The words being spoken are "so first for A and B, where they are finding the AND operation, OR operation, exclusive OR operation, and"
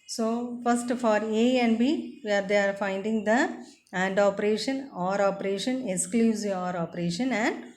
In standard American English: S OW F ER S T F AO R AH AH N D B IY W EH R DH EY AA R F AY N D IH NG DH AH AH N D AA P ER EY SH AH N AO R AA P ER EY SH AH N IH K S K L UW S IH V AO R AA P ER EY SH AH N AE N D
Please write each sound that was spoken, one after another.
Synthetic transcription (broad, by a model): S OW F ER S T F AO R AH AH N D B IY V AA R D EY AA R F AY N D IH NG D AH AH N D AA P ER EY SH AH N AO R AA P ER EY SH AH N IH K S K L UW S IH AO R AA P ER EY SH AH N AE N D